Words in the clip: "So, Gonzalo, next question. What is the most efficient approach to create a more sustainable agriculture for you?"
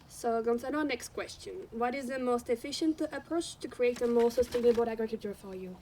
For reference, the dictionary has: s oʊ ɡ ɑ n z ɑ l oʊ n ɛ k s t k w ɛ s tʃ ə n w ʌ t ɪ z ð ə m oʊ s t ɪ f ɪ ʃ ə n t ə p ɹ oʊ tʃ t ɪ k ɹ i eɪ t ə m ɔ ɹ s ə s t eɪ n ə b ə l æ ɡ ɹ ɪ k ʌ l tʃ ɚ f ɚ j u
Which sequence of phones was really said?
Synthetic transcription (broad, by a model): s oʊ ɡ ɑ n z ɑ n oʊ n ɛ k s t k w ɛ s tʃ ə n w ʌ t ɪ z ð ə m oʊ s t ɪ f ɪ ʃ ə n t ə p ɹ oʊ tʃ t ɪ k ɹ i eɪ t ə m ɔ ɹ s ə s t eɪ n ə b ə l æ ɡ ɹ ɪ k ʌ l tʃ ɚ f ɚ j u